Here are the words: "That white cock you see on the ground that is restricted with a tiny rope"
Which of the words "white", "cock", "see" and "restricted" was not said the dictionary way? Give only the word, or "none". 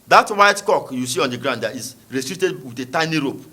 restricted